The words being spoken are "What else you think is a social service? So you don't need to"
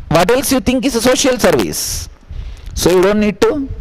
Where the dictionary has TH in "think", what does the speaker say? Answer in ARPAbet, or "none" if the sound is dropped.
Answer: T